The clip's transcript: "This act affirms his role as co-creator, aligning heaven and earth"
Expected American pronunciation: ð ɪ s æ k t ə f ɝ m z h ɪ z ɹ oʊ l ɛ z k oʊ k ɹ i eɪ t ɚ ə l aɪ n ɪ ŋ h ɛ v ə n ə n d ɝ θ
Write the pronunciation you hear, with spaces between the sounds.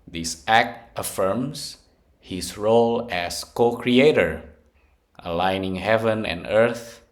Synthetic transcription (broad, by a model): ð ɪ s æ k t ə f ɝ m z h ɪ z ɹ oʊ l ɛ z k oʊ k ɹ i eɪ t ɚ ə l aɪ n ɪ ŋ h ɛ v ə n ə n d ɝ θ